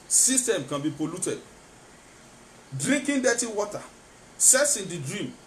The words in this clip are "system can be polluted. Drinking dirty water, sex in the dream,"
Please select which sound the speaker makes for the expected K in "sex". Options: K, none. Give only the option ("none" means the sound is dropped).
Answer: none